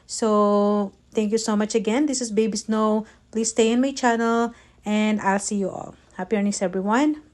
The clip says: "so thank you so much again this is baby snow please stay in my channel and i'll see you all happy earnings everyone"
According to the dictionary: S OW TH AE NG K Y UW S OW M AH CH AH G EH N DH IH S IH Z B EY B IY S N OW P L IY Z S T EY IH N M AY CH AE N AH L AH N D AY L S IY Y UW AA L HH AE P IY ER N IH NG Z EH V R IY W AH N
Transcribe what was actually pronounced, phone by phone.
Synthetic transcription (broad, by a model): S OW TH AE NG K Y UW S OW M AH CH AH G EH N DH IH S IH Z B EY B IY S N OW P L IY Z S T EY IH N M AY CH AE N AH L AH N D AY L S IY Y UW AA L HH AE P IY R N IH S EH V R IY W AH N